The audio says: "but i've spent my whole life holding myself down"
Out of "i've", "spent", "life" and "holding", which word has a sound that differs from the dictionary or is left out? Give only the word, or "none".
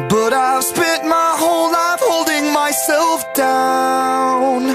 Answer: spent